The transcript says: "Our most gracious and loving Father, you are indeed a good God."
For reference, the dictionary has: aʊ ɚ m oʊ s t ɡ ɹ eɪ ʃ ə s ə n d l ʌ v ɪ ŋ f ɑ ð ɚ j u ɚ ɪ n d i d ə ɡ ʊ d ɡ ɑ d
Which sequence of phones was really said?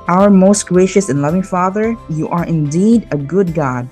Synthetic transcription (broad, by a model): aʊ ɚ m oʊ s t ɡ ɹ eɪ ʃ ə s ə n l ʌ v ɪ ŋ f ɑ ð ɚ j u ɚ ɪ n d i d ə ɡ ʊ d ɡ ɑ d